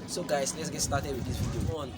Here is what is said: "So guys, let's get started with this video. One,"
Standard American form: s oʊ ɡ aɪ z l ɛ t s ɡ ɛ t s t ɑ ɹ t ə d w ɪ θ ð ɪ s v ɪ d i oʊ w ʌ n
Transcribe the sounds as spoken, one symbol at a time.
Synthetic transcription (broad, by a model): s oʊ ɡ aɪ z l ɛ t s ɡ ɛ t s t ɑ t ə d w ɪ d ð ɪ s w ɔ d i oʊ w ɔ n